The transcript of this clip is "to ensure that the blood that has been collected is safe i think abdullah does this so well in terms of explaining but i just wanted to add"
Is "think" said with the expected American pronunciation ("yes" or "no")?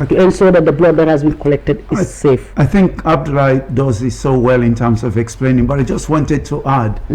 yes